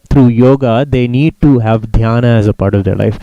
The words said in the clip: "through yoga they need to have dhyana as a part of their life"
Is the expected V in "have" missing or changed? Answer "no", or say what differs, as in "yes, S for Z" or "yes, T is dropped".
no